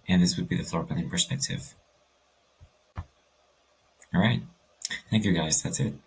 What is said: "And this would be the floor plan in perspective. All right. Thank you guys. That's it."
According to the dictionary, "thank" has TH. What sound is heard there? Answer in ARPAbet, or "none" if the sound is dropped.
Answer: TH